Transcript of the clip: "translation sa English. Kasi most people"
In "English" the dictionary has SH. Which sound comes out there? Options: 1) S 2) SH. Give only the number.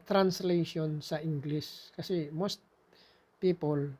1